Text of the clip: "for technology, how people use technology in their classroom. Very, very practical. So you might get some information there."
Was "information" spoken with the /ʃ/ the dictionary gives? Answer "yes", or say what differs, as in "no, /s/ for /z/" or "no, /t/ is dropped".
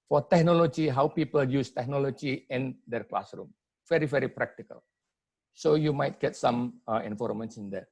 no, /s/ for /ʃ/